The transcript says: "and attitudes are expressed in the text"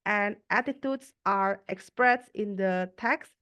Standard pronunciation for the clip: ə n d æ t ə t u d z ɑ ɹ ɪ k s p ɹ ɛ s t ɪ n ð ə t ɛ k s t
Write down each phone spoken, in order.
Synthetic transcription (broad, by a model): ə n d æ t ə t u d s ɑ ɹ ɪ k s p ɹ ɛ s ɪ n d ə t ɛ k s